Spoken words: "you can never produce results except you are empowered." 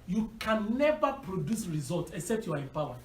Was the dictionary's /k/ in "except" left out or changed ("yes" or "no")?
no